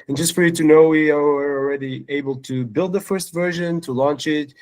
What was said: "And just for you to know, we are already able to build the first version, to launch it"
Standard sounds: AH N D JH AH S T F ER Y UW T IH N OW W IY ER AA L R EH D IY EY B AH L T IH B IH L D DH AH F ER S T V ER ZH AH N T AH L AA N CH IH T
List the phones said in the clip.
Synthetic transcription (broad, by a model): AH N JH AH S T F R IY T IH N OW W IY ER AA L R EH D IY EY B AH L T IH B IH L D DH AH F ER S T V ER ZH AH N T AH L AA N CH IH T